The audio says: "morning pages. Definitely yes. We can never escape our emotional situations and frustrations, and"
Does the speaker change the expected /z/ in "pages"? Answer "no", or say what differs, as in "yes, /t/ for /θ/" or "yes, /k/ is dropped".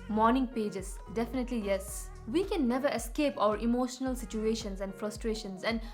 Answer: yes, /s/ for /z/